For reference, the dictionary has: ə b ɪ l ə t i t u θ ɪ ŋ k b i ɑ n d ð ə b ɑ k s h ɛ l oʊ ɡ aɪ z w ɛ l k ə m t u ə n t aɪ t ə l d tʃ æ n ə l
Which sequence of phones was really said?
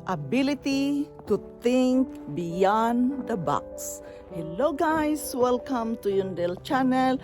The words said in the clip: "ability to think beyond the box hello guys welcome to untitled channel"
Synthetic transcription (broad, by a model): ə b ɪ l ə t i t u t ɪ ŋ k b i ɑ n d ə b ɑ k s h ɛ l oʊ ɡ aɪ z w ɛ l k ə m t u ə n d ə l tʃ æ n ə l